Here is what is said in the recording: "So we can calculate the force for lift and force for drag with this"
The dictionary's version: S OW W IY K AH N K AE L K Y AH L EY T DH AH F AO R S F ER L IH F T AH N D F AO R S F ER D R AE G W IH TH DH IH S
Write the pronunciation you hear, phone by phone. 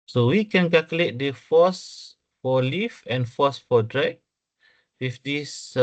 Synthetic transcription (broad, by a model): S OW W IY K AH N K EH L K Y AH L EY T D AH F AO S F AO L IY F AH N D F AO S F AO D R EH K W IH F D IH S